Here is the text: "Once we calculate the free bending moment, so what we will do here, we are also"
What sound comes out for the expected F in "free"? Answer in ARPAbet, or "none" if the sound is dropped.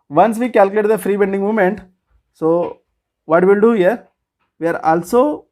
F